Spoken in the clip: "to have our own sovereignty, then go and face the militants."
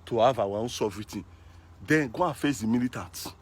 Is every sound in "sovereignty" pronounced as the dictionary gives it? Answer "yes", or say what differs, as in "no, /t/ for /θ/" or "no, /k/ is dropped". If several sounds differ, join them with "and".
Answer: no, /n/ is dropped